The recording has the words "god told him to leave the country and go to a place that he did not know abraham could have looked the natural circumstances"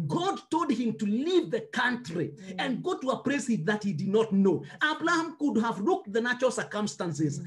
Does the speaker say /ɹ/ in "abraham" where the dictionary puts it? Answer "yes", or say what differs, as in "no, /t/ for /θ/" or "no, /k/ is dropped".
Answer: no, /l/ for /ɹ/